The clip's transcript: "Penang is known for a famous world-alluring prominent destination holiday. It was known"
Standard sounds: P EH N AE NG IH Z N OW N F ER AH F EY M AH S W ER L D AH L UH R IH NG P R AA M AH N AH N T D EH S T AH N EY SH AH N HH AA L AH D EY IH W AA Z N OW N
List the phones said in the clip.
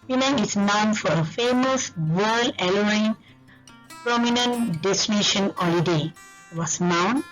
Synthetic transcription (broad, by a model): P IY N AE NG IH S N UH N F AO AH F EY M AH S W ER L AH L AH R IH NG P R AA M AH N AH N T D EH S T AH N EY SH AH N HH AA L AH D EY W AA S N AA N